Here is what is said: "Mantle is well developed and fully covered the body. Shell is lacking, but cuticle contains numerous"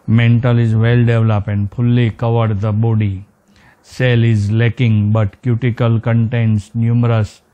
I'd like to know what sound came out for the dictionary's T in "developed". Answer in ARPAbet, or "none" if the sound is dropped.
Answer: none